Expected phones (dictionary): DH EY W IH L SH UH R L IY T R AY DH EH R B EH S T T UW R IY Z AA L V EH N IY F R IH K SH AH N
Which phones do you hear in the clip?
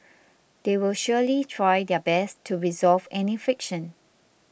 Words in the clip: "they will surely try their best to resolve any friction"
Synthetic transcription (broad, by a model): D EY W IH L SH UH L IY T R AY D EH B EH S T T UW R IY Z AA L V EH N IY F R IH K SH AH N